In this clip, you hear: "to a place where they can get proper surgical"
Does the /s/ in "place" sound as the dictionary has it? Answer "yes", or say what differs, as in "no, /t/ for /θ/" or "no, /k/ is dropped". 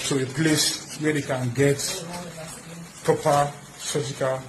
yes